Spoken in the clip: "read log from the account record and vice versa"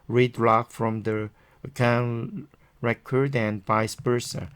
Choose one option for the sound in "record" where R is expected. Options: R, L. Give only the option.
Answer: R